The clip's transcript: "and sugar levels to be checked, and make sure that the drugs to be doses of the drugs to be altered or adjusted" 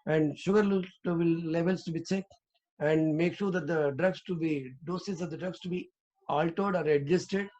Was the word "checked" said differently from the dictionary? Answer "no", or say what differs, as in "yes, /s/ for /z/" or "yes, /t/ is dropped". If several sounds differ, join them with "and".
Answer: yes, /s/ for /tʃ/ and /t/ is dropped